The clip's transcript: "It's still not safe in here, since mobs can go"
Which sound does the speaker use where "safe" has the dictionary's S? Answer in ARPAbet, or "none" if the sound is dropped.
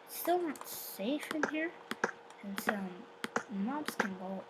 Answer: S